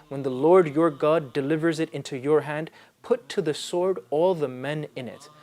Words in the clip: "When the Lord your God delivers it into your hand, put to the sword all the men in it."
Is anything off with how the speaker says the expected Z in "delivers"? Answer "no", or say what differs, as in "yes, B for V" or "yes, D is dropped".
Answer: no